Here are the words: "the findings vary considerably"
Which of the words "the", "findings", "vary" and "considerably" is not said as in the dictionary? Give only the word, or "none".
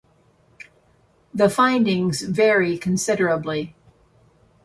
none